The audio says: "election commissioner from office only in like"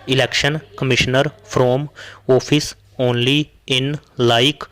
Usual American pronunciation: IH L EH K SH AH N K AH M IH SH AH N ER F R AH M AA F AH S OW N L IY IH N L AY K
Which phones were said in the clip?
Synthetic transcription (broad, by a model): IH L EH K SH AH N K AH M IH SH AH N ER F R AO M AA P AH S OW N L IY IH N L AY K